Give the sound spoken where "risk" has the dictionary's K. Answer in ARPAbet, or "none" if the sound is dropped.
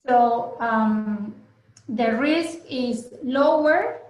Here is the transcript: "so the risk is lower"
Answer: K